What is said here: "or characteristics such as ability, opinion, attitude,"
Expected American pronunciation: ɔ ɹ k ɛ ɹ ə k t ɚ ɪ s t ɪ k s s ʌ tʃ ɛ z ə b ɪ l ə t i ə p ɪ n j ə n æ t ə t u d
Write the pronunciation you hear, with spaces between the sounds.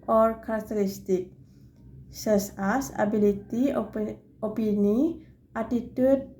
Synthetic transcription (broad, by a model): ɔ ɹ k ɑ ɹ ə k t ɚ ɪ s t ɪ k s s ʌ s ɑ s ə b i l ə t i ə p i n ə ɑ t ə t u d